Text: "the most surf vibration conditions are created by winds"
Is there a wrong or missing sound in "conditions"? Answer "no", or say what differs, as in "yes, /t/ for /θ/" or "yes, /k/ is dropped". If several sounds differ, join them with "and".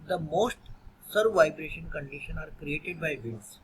yes, /z/ is dropped